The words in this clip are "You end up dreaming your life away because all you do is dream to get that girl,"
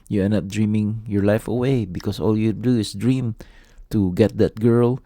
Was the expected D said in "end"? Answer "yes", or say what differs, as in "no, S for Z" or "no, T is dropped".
no, D is dropped